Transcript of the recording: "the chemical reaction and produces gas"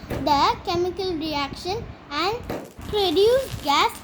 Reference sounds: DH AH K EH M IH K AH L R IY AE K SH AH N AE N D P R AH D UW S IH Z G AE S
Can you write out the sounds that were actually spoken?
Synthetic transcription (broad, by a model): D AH K EH M IH K AH L R IY AE K SH AH N AE N D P R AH D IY IH G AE S